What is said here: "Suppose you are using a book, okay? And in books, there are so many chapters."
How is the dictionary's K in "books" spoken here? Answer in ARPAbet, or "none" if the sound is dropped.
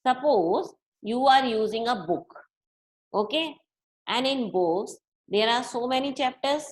none